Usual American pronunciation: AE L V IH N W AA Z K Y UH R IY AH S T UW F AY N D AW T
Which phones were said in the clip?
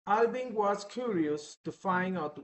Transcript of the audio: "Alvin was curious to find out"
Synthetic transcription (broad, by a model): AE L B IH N W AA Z K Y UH R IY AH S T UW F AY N AW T